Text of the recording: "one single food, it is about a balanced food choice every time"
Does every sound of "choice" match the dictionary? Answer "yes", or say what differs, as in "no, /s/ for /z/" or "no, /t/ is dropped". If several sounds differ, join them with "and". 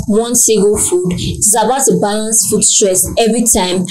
no, /s/ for /tʃ/